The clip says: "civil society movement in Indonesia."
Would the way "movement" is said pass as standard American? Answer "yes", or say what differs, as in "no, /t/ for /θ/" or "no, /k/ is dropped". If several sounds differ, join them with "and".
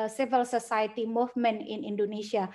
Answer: no, /t/ is dropped